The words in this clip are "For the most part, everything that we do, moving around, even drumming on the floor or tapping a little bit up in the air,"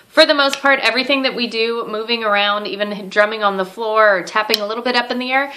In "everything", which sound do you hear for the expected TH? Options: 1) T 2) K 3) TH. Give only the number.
3